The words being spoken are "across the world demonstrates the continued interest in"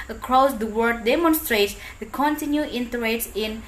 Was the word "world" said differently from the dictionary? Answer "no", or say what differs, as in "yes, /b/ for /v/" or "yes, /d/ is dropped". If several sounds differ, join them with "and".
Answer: yes, /l/ is dropped